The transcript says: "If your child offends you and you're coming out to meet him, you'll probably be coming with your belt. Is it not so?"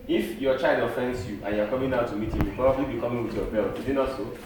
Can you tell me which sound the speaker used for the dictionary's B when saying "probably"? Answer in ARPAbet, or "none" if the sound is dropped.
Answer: none